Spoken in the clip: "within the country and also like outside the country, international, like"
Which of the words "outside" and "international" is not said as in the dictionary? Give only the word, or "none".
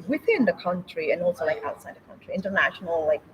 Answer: none